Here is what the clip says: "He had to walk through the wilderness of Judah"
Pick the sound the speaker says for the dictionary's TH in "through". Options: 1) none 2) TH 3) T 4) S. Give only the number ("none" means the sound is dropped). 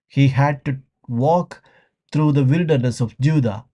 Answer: 3